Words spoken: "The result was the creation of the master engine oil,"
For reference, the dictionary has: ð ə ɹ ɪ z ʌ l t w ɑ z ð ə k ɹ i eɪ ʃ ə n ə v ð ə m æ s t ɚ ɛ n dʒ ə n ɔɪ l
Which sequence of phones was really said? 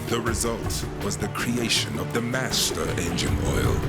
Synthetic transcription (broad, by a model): ð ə ɹ ɪ z ʌ l t w ɑ z ð ə k ɹ i eɪ ʃ ə n ə v ð ə m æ s t ɚ ɛ n dʒ ə n ɔɪ l